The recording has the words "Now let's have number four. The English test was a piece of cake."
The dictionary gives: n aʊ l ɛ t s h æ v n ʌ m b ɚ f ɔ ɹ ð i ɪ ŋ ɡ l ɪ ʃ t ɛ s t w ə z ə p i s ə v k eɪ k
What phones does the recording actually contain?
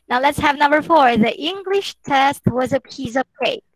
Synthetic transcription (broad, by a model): n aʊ l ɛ t s h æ v n ʌ m b ɚ f ɔ ɹ ð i ɪ ŋ ɡ l ɪ ʃ t ɛ s t w ə z ə p i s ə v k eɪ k